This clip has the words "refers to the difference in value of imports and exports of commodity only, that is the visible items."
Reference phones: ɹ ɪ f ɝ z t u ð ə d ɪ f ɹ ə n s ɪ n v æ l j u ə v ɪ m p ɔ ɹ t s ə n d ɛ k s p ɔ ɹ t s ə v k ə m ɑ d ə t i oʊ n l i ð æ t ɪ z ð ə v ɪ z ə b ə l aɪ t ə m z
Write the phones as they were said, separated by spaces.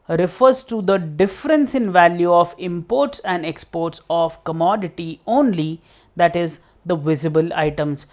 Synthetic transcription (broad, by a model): ɹ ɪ f ɝ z t u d ə d ɪ f ɹ ə n s ɪ n v æ l j u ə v ɪ m p ɔ ɹ t s ə n d ɛ k s p ɔ ɹ t s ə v k ə m ɑ d ə t i oʊ n l i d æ t ɪ z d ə v ɪ z ə b ə l aɪ t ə m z